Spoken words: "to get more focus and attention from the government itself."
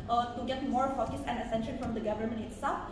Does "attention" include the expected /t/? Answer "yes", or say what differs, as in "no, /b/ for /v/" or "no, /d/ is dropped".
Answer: no, /s/ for /t/